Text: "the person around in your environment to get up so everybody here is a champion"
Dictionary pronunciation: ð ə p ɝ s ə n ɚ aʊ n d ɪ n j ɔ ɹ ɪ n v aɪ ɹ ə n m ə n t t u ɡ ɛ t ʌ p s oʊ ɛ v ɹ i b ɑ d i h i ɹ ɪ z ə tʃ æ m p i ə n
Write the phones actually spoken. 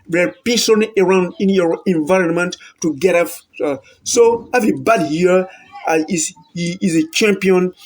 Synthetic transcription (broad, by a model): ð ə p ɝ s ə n ɚ aʊ n d ɪ n j ɔ ɹ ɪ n v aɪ ɹ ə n m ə n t t u ɡ ɛ t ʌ f s oʊ ɛ v ɹ i b ɑ d i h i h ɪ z ə tʃ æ m p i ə n